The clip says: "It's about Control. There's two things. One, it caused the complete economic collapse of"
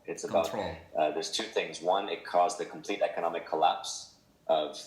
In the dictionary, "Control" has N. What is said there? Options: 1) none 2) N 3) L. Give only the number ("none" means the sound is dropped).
1